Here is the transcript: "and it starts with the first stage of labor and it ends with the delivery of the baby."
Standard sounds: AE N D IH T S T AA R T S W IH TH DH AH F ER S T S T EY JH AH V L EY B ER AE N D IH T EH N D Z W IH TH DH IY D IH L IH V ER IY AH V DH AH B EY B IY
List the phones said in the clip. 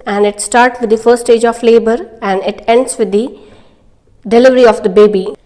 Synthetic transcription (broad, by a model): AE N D IH T S T AA R T S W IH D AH F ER T S T EY JH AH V L EY B ER AE N D IH T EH N D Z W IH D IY D IH L IH V ER IY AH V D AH B EY B IY